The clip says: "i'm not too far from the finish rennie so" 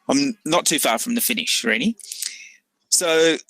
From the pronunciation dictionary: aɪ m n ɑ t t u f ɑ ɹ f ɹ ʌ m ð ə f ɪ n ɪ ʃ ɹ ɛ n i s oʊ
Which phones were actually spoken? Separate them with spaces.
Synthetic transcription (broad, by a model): aɪ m n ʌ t t u f ɑ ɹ f ɹ ʌ m ð ə f ɪ n ɪ ʃ ɹ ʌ l i s oʊ